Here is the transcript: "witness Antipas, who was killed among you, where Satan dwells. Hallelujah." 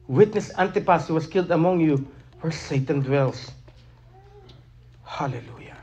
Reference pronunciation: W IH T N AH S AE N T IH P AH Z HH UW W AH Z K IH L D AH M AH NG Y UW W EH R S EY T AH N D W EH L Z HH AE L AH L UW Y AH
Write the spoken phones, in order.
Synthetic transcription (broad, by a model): W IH T N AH S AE N T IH P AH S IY W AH S K IH L D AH M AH NG Y UW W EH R S EY T AH N D W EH L S HH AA L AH L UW Y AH